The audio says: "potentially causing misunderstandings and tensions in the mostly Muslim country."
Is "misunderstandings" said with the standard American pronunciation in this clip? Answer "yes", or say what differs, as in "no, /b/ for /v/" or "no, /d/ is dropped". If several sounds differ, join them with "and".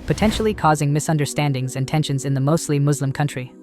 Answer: yes